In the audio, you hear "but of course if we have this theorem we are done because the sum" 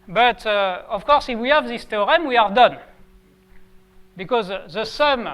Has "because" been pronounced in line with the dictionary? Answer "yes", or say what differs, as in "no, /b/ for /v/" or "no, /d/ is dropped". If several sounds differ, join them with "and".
yes